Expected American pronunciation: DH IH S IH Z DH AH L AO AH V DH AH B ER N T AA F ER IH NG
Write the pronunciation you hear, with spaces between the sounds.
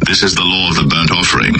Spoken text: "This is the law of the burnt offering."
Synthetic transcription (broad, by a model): DH IH S IH Z DH AH L AO AH V DH AH B ER N T AA F ER IH NG